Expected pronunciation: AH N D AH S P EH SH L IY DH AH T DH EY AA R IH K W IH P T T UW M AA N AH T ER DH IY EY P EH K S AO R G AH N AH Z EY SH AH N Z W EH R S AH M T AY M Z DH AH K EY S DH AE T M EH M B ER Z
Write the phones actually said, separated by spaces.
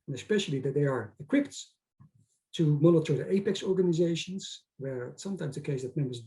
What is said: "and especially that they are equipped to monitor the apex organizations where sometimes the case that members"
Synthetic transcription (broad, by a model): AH N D AH S P EH SH L IY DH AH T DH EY AA R IH K W IH P T T UW M AA N AH T ER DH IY EY P EH K S AO R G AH N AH Z EY SH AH N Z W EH R S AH M T AY M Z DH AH K EY S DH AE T M EH M B ER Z